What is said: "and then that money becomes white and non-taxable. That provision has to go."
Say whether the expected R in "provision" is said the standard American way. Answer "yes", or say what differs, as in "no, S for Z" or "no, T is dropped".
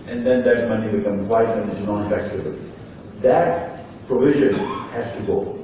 yes